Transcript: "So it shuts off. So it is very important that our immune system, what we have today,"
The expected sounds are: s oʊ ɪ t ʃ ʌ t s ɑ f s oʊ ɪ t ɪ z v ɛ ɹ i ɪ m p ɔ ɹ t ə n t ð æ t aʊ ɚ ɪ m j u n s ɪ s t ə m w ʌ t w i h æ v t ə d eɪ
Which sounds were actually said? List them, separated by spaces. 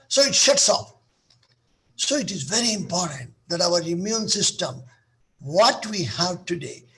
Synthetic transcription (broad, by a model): s oʊ ɪ t ʃ ʌ t s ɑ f s oʊ ɪ t ɪ z v ɛ ɹ i ɪ m p ɔ ɹ t ə n t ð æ t aʊ ɚ ɪ m j u n s ɪ s t ə m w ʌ t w i h æ v t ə d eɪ